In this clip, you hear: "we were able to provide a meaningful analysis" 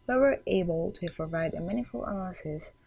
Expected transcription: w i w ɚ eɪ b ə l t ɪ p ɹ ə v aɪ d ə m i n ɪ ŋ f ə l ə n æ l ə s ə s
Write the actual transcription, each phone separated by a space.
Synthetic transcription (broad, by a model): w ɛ w ɚ eɪ b ə l t ɪ p ɹ ə v aɪ d ə m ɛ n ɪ f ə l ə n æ l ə s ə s